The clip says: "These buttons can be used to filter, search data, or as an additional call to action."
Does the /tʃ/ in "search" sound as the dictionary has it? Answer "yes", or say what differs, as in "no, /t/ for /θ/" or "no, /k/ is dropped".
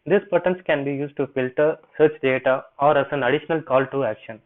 yes